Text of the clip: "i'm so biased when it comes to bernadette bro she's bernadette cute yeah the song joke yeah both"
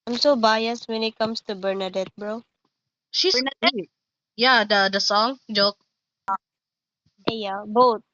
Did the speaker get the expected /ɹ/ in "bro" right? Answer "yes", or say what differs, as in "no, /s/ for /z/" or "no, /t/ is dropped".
yes